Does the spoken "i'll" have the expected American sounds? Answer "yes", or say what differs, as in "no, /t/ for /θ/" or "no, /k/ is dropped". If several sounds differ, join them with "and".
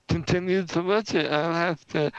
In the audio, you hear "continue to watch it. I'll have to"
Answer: yes